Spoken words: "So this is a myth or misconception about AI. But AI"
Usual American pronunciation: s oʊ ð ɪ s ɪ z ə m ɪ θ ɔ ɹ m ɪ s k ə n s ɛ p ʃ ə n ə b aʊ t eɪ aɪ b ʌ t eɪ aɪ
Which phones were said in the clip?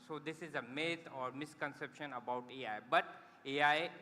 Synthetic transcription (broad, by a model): s oʊ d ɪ s ɪ z ə m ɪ t ɔ ɹ m ɪ s k ə n s ɛ p ʃ ə n ə b aʊ t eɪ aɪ b ʌ t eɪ aɪ